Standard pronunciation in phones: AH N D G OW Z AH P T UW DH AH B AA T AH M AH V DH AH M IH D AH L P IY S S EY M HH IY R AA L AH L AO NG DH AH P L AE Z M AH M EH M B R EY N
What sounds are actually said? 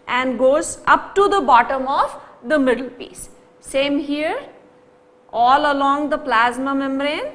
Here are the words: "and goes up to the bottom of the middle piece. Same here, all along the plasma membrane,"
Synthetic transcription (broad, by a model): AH N D G OW Z AH P T UW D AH B AA T AH M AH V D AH M IH D AH L P IY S S EY M HH IY R AA L AH L AO NG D AH P L AE Z M AH M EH M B R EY N